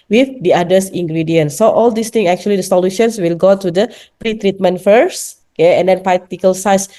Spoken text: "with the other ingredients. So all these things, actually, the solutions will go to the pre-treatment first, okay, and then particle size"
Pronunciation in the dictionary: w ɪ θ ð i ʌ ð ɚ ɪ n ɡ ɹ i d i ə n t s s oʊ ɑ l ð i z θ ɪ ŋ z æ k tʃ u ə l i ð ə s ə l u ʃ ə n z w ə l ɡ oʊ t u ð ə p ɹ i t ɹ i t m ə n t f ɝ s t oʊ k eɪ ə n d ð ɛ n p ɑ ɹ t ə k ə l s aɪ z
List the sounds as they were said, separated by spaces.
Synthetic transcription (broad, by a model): w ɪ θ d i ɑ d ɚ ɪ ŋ ɡ ɹ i d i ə n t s s oʊ ɑ l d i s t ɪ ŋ ɛ k tʃ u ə l i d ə s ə l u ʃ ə n s w ə l ɡ oʊ t u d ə p ɹ i t ɹ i t m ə n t f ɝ s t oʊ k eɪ ə n d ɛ n p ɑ t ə k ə l s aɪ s